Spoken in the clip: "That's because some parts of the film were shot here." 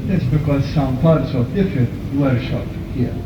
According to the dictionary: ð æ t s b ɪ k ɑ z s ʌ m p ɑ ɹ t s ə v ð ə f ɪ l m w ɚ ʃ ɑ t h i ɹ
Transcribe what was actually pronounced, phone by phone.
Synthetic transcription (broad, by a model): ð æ t s b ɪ k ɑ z s ʌ m p ɑ ɹ t s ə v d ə f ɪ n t w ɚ ʃ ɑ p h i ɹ